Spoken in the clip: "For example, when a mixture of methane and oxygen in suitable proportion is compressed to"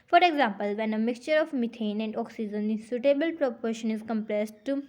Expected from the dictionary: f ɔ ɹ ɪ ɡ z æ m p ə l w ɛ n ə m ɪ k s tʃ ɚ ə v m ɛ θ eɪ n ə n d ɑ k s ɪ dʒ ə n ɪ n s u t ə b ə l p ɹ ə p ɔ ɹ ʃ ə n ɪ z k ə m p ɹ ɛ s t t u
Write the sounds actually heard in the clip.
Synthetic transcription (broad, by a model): f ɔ ɹ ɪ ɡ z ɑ m p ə l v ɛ n ə m ɪ k s tʃ ɚ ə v m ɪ t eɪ n ə n d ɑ k s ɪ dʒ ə n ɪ s u t ə b ə l p ɹ ə p ɔ ɹ ʃ ə n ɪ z k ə m p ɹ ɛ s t t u